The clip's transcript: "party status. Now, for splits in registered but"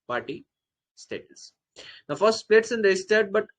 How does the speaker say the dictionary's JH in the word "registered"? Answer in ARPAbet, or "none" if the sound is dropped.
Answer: none